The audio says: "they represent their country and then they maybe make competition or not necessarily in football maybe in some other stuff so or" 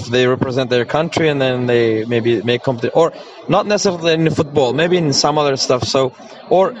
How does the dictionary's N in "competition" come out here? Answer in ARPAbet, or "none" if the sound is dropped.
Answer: none